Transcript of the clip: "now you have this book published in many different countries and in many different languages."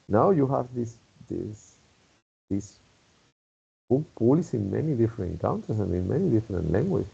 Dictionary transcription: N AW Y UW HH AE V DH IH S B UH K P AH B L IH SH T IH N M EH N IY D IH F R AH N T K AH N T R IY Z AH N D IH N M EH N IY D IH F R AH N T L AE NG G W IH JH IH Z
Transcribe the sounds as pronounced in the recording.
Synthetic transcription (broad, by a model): N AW Y UW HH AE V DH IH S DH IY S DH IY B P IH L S IH N M EH N IY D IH F R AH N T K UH N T IY S AH N D IH N M EH N IY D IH F R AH N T L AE NG G W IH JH